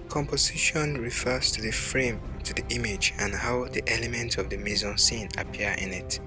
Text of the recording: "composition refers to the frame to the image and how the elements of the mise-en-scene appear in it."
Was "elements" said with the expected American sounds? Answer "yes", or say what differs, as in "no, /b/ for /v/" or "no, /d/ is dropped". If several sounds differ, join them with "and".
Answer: no, /s/ is dropped